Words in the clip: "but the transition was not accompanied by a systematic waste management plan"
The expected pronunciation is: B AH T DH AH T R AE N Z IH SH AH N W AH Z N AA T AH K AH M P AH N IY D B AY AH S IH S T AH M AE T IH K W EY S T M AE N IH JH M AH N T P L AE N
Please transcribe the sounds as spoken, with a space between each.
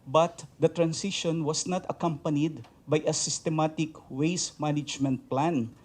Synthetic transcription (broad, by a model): B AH T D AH T R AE N S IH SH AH N W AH S N AA T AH K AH M P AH N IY D B AY AH S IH S T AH M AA T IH K W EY S M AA N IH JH M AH N T P L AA N